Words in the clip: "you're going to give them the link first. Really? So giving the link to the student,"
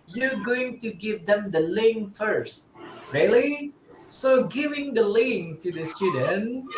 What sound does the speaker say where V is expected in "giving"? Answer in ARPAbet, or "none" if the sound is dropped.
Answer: V